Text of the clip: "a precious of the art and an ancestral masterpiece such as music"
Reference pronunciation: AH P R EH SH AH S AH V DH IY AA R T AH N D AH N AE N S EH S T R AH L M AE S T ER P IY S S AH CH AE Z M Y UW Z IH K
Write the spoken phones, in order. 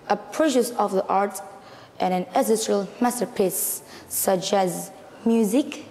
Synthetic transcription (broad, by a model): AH P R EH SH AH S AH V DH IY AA R T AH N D AH N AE S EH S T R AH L M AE S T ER P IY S S AH CH AE Z M Y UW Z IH K